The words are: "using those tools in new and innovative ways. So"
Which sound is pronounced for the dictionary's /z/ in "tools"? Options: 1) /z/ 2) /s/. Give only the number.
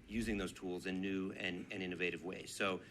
1